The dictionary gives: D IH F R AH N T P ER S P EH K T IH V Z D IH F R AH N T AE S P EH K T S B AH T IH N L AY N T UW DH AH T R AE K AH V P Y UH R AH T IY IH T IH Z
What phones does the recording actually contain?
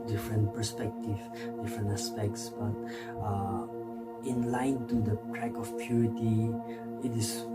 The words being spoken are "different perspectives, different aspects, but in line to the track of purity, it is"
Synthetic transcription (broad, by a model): D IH F R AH N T P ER S P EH K T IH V D IH F R AH N T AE S P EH K T S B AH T IH N L AY N T UW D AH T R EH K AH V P Y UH R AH T IY IH T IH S